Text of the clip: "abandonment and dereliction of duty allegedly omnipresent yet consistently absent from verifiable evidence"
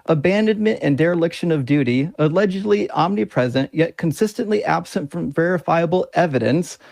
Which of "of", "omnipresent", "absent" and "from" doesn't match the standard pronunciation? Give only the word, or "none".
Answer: none